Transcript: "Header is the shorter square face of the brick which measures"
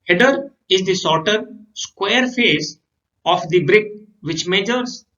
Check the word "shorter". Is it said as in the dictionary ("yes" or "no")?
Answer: no